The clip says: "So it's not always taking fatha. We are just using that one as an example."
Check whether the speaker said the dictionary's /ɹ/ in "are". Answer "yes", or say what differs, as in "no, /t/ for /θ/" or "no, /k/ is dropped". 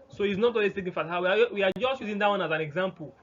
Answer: no, /w/ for /ɹ/